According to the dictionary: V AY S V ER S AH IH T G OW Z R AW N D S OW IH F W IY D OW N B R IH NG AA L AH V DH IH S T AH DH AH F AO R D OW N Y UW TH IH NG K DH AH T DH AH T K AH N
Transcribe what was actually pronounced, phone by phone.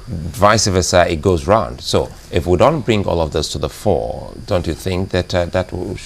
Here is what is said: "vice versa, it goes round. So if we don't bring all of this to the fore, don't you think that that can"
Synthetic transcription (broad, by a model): V AY S V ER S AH IH T G OW Z R AW N D S OW IH F W IY D OW N B R IH NG AA L AH V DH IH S T AH DH AH F AO R D OW N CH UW TH IH NG K DH AH T DH AH T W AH